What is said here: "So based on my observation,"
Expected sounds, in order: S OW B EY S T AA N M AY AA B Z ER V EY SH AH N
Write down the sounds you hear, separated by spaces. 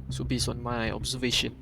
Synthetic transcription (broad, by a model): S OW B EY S AA N M AY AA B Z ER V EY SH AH N